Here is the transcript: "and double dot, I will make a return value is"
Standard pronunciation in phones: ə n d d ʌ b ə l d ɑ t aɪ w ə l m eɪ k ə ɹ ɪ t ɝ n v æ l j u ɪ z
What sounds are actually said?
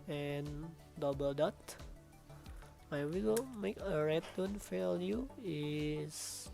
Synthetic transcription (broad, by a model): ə n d d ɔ b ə l d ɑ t aɪ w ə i m eɪ k ə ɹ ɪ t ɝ n f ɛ l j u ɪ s